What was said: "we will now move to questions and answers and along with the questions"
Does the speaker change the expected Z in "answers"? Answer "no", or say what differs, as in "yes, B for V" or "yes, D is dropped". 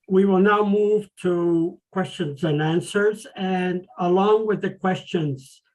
no